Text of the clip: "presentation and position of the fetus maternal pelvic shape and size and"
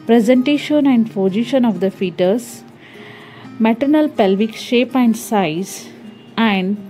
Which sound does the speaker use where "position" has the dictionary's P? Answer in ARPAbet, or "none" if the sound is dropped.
F